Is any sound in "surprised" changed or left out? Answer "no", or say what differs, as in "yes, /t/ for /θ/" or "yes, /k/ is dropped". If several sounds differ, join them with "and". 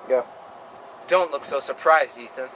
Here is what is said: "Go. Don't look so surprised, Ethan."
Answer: no